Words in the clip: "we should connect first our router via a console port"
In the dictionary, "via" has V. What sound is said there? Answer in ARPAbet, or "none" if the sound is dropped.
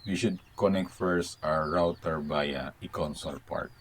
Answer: B